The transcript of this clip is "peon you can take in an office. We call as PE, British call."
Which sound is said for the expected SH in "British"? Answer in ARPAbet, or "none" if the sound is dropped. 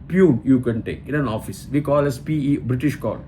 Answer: SH